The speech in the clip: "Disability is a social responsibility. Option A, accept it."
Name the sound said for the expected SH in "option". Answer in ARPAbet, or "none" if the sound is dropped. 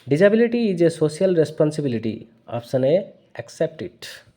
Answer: S